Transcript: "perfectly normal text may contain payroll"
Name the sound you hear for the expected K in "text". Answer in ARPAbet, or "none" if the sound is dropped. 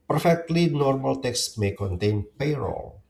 K